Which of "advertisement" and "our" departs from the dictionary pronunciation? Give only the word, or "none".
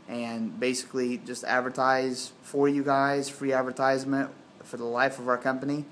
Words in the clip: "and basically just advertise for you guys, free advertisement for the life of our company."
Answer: none